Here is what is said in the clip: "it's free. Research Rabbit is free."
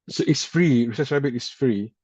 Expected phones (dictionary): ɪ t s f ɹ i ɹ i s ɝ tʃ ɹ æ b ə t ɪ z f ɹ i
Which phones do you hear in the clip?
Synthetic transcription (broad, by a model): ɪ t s f ɹ i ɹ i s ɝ s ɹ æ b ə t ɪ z f ɹ i